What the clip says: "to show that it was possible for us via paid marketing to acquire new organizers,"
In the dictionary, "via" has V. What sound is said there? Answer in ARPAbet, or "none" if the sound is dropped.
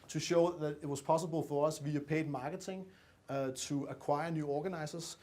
V